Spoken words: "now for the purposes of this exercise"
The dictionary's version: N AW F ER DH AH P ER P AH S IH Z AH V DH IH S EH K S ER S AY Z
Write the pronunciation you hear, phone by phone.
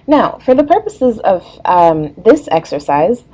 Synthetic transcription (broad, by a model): N AW F ER DH AH P ER P AH S IH Z AH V DH IH S EH K S ER S AY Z